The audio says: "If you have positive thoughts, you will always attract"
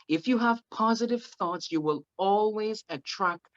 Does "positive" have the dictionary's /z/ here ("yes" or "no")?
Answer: yes